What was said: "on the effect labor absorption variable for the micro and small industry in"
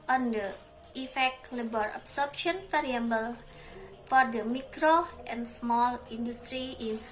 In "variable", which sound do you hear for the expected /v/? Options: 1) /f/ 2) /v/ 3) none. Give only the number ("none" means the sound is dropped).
1